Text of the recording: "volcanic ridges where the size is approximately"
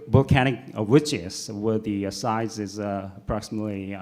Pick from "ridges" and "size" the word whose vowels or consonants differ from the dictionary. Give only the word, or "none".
ridges